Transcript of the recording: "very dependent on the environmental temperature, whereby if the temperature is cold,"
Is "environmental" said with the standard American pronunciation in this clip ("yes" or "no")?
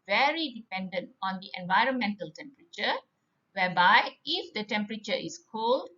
yes